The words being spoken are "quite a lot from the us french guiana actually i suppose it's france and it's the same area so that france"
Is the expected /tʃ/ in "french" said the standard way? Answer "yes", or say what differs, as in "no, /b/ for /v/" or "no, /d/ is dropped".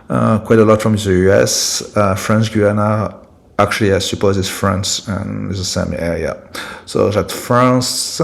no, /s/ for /tʃ/